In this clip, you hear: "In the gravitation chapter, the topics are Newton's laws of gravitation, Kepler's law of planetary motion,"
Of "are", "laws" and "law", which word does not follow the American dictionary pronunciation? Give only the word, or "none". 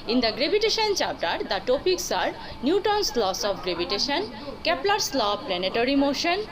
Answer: laws